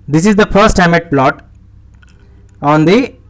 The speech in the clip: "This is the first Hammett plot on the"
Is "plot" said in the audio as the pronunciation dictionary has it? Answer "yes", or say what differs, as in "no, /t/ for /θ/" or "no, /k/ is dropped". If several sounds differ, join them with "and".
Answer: yes